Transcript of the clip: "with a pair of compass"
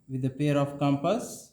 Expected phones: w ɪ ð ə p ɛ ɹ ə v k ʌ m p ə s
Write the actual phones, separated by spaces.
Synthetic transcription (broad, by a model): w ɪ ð ə p ɛ ɹ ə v k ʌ m p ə s